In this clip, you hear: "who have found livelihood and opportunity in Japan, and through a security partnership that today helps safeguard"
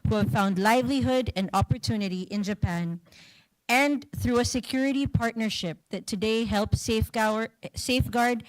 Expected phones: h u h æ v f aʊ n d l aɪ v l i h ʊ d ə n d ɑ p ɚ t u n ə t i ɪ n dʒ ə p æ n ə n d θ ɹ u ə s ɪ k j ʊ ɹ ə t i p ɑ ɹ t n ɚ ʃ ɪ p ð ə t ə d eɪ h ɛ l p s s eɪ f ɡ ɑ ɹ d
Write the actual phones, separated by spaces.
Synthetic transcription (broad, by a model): h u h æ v f aʊ n d l aɪ v l i h ʊ d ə n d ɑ p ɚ t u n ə t i ɪ n dʒ ə p æ n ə n θ ɹ u ə s ɪ k j ʊ ɹ ə t i p ɑ ɹ t n ɚ ʃ ɪ p ð ə t ə d eɪ h ɛ l p s s eɪ f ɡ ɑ ɹ d